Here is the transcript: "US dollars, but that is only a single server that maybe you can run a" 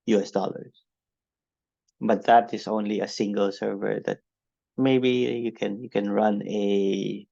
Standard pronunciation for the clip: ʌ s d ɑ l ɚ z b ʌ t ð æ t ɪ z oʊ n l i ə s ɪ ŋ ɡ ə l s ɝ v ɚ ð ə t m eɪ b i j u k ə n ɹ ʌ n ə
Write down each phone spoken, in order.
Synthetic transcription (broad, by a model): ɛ s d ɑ l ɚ s b ʌ t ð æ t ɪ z oʊ n l i ə s ɪ ŋ ɡ ə l s ɝ v ɚ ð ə t m eɪ b i j u k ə n ɹ ʌ n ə